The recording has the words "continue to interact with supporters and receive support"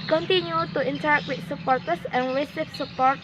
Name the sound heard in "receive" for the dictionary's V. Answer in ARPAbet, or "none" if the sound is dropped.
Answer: F